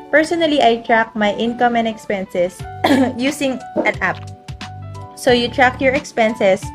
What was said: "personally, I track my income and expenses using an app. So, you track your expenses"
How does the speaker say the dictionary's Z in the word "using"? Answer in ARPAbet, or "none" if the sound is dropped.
S